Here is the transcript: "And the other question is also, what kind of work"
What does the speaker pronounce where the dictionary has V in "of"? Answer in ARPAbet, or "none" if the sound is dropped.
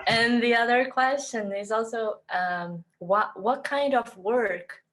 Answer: V